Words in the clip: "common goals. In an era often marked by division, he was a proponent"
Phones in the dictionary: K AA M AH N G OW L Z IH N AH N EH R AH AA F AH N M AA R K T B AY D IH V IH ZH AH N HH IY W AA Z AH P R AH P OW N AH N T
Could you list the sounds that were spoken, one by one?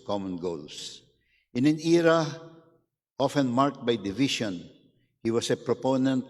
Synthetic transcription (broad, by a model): K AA M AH N G OW L S IH N AH N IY R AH AA F AH N M AA R K T B AY D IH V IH SH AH N HH IY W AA S AH P R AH P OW N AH N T